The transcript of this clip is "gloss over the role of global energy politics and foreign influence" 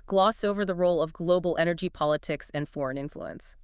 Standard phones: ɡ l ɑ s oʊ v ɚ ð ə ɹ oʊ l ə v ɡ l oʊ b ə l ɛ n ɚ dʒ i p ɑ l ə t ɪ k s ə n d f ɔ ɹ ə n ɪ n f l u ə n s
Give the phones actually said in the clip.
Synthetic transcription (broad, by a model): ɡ l ɑ s oʊ v ɚ ð ə ɹ oʊ l ə v ɡ l oʊ b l ɛ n ɚ dʒ i p ɑ l ə t ɪ k s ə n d f ɔ ɹ ə n ɪ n f l u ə n s